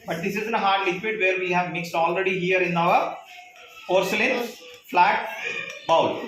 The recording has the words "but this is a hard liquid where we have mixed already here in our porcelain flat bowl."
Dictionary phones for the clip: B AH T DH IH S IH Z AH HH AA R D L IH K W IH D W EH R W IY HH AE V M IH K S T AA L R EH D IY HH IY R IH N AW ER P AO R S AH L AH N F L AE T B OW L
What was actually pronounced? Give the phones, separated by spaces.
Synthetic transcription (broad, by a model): B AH T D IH S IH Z AH HH AA R D L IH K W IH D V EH R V IY HH AE V M IH K S T AA L R EH D IY HH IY R IH N AW ER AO R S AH L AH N F L AE T B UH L